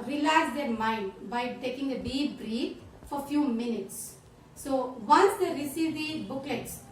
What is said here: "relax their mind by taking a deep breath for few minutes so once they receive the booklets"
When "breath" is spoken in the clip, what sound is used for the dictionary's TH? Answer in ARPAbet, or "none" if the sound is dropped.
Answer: F